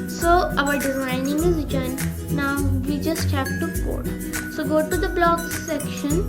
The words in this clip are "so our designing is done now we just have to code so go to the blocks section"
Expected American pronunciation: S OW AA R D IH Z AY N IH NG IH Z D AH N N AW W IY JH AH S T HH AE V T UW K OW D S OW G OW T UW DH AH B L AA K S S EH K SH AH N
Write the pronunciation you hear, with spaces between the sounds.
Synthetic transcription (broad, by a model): S OW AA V D IH Z AY N IH NG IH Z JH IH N N AW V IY JH AH S T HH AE P T UW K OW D S OW G OW T UW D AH B L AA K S S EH K SH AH N